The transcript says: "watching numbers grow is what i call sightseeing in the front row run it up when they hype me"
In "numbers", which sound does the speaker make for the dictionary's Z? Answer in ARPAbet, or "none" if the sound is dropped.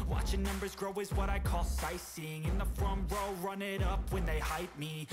Z